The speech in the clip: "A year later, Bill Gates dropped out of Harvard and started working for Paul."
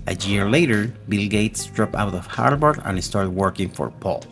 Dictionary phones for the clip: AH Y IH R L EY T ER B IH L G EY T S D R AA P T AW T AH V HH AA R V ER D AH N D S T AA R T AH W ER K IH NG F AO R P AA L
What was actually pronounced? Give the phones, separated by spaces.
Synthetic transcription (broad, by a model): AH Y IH R L EY T ER B IH L G EY T S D R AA P AW T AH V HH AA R B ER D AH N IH S T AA R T W ER K IH NG F AO R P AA L